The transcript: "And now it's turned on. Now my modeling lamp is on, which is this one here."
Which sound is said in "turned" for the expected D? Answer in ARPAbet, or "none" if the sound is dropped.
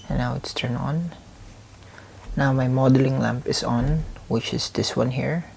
none